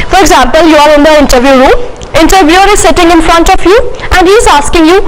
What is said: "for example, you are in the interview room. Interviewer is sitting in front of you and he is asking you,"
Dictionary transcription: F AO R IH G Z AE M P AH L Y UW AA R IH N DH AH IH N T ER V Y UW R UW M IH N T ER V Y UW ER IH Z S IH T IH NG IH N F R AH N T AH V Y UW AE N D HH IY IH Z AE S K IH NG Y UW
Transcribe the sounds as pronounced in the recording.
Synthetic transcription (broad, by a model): F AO R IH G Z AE M P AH L Y UW AA R IH N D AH IH N T ER V Y UW R UW M IH N T ER V Y UW ER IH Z S IH T IH NG IH N F R AH N T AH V Y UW AE N D HH IY IH Z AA S K IH NG Y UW